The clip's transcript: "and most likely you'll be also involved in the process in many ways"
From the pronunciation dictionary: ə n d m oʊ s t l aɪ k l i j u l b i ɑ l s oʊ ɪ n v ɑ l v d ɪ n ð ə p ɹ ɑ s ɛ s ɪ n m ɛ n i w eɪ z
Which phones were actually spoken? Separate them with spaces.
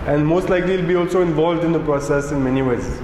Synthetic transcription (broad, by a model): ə n d m oʊ s t l aɪ k l i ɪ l b i ɑ l s oʊ ɪ n v ɑ l v d ɪ n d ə p ɹ ɑ s ɛ s ɪ n m ɛ n i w eɪ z